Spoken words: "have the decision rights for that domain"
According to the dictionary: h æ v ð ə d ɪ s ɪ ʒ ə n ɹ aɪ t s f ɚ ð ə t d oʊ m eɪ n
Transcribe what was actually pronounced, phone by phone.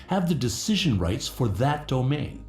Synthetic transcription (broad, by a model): h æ v ð ə d ɪ s ɪ ʒ ə n ɹ aɪ t s f ɚ ð ə t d oʊ m eɪ n